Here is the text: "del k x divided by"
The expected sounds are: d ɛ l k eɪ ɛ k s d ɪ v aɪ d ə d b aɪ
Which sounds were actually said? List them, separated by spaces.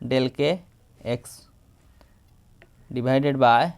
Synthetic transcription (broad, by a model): d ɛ l k eɪ ɛ k s d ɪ b aɪ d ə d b aɪ